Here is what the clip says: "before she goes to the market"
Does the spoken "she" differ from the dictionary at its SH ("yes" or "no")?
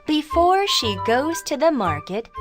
no